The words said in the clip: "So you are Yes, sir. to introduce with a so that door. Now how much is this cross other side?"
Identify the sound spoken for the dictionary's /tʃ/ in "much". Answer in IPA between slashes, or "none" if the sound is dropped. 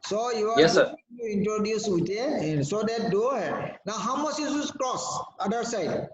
/s/